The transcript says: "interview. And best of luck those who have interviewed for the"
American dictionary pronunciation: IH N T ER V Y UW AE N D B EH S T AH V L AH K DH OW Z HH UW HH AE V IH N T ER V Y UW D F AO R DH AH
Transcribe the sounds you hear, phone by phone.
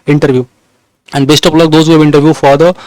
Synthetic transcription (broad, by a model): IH N T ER V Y UW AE N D B EH S T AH P L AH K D OW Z HH UW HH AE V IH N T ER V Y UW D F AO R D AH